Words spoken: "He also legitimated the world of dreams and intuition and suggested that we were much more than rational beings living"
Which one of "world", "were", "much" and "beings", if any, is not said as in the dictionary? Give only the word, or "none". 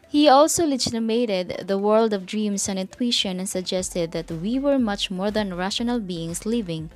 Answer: beings